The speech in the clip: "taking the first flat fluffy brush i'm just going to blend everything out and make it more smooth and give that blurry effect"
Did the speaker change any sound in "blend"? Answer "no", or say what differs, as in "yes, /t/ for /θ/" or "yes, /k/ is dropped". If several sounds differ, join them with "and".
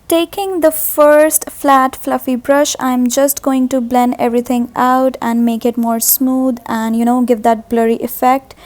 yes, /d/ is dropped